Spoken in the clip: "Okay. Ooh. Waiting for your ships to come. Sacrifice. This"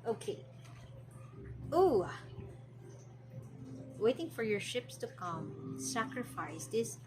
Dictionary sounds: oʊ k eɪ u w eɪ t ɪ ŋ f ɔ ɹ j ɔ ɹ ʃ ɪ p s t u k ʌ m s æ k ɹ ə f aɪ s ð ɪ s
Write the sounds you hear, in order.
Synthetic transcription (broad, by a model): oʊ k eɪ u w eɪ t ɪ ŋ f ɔ ɹ j ɔ ɹ ʃ ɪ p s t u k ʌ m s æ k ɹ ə f aɪ s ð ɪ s